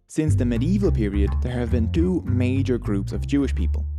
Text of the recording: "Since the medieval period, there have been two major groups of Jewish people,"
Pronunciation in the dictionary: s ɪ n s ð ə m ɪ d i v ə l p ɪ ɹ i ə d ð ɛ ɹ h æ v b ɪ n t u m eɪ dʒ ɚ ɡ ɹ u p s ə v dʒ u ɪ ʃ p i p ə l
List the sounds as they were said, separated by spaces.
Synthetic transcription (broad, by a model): s ɪ n s ð ə m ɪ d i v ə l p ɪ ɹ i ə d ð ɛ ɹ h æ v b ɪ n t u m eɪ dʒ ɚ ɡ ɹ u p s ə v dʒ u ɪ ʃ p i p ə l